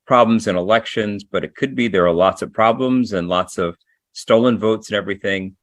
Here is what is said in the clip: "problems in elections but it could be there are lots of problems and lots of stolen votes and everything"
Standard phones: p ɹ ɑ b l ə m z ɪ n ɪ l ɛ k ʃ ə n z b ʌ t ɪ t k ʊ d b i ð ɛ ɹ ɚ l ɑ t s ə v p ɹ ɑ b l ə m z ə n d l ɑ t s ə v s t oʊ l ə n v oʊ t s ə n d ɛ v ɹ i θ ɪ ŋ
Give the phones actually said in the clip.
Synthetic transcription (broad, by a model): p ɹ ɑ b l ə m z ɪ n ɪ l ɛ k ʃ ə n z b ʌ t ɪ t k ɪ d b i ð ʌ ɹ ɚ l ɑ t s ə v p ɹ ɑ b l ə m z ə n l ɑ t s ə v s t oʊ l ə n v oʊ t s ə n ɛ v ɹ i θ ɪ ŋ